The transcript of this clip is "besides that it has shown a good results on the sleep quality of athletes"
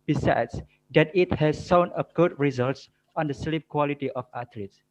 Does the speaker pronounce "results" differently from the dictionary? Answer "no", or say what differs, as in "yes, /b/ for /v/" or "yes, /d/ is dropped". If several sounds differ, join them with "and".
no